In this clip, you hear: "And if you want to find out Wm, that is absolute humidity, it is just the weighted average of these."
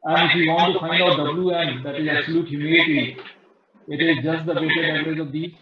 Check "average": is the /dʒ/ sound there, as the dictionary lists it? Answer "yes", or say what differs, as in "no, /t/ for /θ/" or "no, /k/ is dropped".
no, /z/ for /dʒ/